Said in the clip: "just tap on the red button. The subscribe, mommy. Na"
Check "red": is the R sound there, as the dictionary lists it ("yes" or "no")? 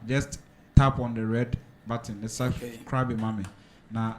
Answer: yes